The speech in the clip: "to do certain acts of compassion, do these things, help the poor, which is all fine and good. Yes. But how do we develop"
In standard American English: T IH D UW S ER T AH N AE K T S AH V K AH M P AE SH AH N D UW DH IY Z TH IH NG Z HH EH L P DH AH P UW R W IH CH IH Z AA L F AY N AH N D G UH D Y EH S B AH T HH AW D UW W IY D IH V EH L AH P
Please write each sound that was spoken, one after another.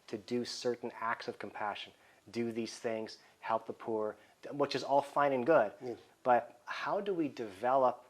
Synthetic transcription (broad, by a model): T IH D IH S ER T N AE K T S AH V K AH M P AE SH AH N D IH DH IY Z TH IH NG Z HH EH L P DH AH P UW R W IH CH IH Z AA L F AY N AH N G UH D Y B AH T HH AW D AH W IY D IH V EH L AH P